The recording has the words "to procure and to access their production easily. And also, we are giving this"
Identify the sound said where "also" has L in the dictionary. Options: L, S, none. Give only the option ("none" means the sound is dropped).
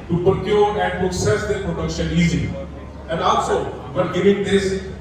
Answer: none